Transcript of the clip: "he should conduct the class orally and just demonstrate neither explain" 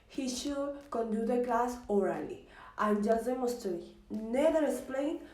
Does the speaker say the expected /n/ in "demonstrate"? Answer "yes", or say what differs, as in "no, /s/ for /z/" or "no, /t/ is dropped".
no, /n/ is dropped